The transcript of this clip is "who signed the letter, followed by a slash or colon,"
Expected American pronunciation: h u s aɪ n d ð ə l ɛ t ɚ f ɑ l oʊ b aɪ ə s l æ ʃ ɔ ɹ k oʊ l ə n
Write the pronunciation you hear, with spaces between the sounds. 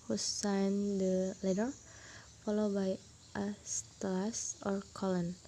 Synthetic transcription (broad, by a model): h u s aɪ n d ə l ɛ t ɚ f ɑ l oʊ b aɪ ə s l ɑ s ɔ ɹ k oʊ l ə n